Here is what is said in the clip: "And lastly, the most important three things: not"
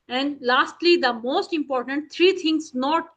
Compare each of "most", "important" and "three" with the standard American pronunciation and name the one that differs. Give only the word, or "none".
three